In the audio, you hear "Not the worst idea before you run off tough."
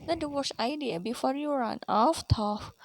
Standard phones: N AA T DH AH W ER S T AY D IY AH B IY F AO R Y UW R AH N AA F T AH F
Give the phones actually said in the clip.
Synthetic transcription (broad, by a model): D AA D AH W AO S AY D IY AH B IY F AO R Y UW R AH N AA F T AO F